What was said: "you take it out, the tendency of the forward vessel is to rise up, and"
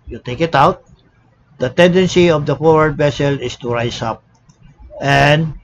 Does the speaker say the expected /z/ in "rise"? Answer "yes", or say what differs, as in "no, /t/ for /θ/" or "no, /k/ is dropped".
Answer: no, /s/ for /z/